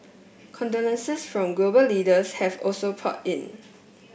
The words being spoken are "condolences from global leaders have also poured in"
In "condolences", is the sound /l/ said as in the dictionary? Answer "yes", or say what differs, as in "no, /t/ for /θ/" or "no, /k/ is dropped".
no, /n/ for /l/